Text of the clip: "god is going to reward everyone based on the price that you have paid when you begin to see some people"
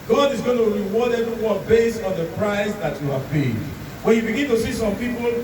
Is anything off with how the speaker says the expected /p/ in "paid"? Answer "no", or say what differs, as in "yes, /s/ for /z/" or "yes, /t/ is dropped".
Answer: yes, /b/ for /p/